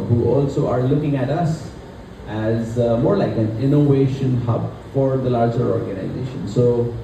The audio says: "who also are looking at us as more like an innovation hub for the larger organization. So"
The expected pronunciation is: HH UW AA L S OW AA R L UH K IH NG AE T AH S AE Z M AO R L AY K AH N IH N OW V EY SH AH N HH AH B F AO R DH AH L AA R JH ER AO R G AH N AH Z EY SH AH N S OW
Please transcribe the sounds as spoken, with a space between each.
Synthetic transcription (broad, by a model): HH UW AA L S OW AA R L UH K IH NG AE T AH S AE Z M AO R L AY K AH N IH N OW V EY SH AH N HH AH B F AO R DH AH L AA R JH ER AO R G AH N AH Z EY SH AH N S OW